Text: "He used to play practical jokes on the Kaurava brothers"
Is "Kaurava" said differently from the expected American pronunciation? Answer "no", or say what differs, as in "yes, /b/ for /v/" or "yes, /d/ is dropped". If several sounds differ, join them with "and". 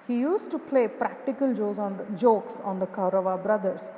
no